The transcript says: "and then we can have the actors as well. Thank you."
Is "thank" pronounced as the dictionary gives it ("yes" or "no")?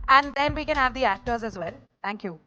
no